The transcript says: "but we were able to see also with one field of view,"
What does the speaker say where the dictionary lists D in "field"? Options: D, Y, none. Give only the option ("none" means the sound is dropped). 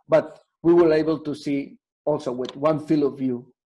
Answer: none